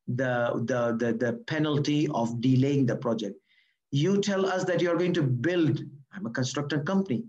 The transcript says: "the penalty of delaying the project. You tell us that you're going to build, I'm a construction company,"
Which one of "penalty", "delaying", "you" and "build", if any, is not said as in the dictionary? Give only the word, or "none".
none